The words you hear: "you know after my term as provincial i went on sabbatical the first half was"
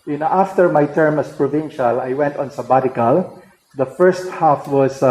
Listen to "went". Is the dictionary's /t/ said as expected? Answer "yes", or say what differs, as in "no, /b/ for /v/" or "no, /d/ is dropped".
yes